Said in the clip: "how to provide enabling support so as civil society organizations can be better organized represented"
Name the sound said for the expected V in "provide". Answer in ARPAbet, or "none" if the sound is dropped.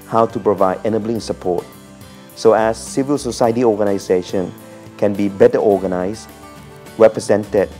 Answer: V